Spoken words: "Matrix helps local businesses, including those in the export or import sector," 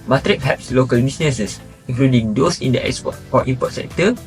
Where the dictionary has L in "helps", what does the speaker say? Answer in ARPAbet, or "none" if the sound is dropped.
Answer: none